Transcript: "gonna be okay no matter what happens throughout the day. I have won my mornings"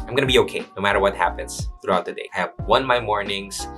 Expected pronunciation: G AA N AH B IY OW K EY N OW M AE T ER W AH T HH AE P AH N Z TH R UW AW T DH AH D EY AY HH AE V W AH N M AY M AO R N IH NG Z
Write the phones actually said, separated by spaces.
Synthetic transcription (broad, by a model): G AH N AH B IY OW K EY N OW M AE T ER W AH T HH AE P AH N Z TH R UW AW T DH AH D EY AY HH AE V W AH N M AY M AO R N IH NG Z